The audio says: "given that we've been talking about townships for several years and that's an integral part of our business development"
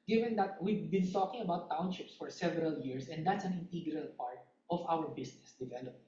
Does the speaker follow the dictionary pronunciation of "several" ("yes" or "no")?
yes